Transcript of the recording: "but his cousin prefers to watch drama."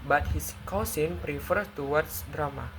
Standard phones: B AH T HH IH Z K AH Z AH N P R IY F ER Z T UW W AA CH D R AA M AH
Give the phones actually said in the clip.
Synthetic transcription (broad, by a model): B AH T HH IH S K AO S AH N P R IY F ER T UW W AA S D R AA M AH